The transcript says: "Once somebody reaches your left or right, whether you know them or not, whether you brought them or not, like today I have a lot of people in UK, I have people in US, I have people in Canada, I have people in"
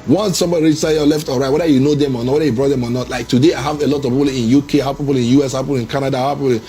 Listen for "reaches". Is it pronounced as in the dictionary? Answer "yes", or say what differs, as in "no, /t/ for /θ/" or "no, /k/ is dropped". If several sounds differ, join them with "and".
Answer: no, /z/ is dropped